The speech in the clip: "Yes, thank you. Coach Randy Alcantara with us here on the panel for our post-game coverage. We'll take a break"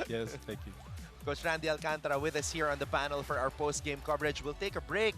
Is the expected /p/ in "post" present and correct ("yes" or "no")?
yes